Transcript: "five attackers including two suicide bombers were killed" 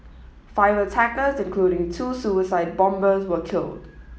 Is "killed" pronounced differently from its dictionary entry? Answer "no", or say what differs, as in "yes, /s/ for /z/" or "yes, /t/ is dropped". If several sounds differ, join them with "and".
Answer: no